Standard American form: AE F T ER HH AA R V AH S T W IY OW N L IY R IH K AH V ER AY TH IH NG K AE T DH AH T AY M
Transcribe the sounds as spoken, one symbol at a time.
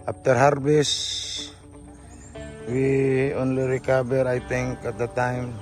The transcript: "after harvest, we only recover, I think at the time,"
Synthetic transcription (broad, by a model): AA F T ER HH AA R B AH S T W IY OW N L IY R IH K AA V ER AY T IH NG K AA T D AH T AY M